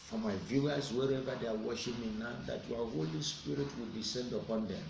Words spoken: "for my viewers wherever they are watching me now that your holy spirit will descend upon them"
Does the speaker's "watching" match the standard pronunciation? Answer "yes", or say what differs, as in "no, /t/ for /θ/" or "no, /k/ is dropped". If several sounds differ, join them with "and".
no, /ʃ/ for /tʃ/